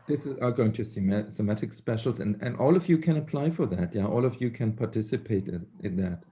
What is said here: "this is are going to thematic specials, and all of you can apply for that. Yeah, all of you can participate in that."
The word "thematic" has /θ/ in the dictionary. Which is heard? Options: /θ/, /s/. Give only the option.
/s/